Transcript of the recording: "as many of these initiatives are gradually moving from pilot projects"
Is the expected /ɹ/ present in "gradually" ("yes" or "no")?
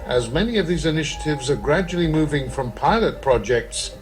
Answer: yes